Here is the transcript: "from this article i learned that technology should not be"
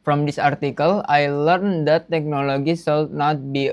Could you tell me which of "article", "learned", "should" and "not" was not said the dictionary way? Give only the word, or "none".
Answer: should